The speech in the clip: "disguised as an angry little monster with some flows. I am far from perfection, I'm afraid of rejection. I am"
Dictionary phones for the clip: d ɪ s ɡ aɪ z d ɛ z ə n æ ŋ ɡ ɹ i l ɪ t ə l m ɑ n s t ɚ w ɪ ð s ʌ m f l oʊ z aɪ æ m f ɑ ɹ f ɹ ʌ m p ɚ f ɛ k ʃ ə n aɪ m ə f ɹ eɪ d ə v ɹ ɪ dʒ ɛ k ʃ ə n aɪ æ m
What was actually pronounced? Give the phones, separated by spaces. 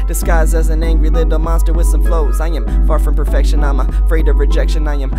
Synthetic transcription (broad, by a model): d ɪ s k aɪ z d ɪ z ə n æ ŋ ɡ ɹ i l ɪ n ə m ɑ n s t ɚ w ɪ ð s ʌ m f l oʊ z aɪ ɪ m f ɑ ɹ f ɹ ʌ m p ɚ f ɛ k ʃ ə n aɪ m ə f ɹ eɪ d ə v ɹ ɪ dʒ ɛ k ʃ ə n aɪ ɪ m